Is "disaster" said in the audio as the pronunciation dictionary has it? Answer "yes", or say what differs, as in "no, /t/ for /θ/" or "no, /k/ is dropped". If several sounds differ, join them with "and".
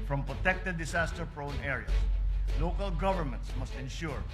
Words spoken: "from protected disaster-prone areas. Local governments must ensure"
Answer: no, /s/ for /z/